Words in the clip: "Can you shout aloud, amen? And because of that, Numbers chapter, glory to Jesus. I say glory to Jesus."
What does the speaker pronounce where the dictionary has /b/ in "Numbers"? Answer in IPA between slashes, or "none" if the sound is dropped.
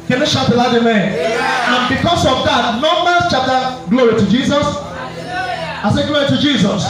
none